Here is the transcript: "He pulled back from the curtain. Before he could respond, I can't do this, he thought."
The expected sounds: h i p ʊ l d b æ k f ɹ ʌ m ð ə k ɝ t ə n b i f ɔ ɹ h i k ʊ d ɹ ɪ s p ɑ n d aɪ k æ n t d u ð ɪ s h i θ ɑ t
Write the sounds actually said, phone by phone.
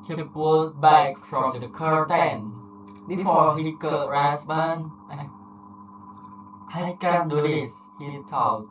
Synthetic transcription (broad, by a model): h i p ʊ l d b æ k f ɹ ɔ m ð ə k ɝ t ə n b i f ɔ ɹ h i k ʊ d ɹ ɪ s b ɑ n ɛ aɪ k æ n d u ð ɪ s h i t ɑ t